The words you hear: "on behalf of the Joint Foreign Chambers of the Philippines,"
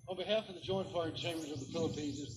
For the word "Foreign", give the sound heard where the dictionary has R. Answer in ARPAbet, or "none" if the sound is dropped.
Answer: none